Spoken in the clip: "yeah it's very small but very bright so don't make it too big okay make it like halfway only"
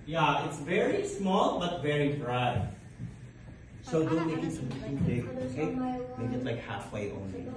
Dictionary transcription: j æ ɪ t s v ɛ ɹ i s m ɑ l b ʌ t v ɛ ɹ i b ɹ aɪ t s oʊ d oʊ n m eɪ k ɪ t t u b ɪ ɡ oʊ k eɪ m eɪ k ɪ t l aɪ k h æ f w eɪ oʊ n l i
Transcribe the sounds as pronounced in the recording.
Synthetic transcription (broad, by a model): j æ ɪ t s v ɛ ɹ i s m ɑ l b ʌ t v ɛ ɹ i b ɹ aɪ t s oʊ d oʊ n m eɪ k ɪ t s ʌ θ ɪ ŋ oʊ k eɪ m eɪ k ɪ t l aɪ k h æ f w eɪ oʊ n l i